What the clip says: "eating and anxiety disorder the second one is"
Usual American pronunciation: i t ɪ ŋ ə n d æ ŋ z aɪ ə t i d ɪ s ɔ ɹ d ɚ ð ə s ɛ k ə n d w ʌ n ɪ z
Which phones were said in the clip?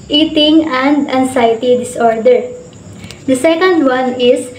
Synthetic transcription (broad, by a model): i t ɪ ŋ ə n d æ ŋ s aɪ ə t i d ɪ s ɔ ɹ d ɚ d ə s ɛ k ə n d w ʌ n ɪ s